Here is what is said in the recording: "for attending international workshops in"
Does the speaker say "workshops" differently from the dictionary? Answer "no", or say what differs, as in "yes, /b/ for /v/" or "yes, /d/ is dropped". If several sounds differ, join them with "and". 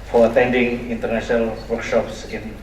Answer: no